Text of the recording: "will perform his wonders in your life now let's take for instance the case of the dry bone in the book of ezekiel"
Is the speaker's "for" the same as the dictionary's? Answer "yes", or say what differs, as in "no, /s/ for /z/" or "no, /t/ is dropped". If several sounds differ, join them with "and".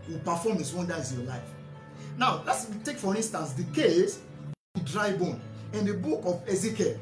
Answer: yes